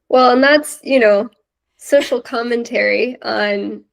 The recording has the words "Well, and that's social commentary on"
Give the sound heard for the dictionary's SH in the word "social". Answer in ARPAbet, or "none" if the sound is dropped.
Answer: S